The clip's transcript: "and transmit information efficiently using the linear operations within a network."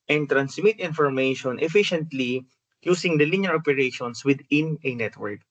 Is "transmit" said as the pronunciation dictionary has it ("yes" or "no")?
no